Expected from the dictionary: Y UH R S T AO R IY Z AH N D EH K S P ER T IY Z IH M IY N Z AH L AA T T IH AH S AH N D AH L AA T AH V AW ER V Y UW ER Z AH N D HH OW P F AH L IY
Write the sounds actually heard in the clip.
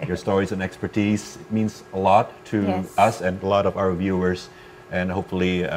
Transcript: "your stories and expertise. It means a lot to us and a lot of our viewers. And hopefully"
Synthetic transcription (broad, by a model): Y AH R S T AO R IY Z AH N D EH K S P ER T IY Z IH M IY N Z AH L AA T T IH AH S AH N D AH L AA T AH V AW ER V Y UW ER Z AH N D HH OW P F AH L IY